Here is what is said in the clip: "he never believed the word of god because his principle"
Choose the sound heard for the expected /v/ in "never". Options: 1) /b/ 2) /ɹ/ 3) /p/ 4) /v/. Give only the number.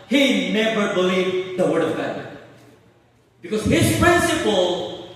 1